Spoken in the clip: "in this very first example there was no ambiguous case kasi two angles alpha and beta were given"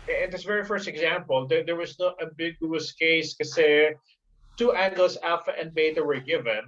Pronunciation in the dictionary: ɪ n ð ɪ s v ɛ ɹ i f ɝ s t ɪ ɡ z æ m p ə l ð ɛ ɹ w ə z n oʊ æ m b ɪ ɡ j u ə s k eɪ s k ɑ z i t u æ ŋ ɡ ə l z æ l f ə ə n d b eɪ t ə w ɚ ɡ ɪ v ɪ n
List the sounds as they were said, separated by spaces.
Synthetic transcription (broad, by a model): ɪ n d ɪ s v ɛ ɹ i f ɝ s t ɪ ɡ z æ m p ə l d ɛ ɹ w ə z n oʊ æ b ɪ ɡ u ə s k eɪ s k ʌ s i t u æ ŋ ɡ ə l s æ f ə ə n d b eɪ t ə w ɚ ɡ ɪ v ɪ n